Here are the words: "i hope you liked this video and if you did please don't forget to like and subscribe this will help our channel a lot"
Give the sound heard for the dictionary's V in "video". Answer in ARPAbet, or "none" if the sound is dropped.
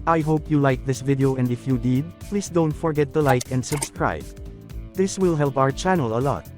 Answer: V